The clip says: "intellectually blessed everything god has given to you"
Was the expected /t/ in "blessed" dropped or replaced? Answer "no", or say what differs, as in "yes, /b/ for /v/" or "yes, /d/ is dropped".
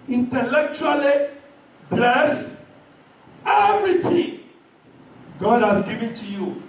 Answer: yes, /t/ is dropped